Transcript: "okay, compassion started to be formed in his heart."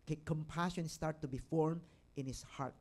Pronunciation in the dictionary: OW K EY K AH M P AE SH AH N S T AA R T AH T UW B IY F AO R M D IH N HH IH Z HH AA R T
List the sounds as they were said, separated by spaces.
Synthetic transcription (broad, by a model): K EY K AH M P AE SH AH N S T AA R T T UW B IY F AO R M IH N HH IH S HH AA R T